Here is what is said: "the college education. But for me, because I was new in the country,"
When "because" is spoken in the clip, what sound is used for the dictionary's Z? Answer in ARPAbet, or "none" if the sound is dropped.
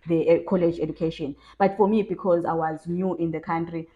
Z